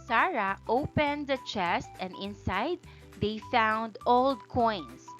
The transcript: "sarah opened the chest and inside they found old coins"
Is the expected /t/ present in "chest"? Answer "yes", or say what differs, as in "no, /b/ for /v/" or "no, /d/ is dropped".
yes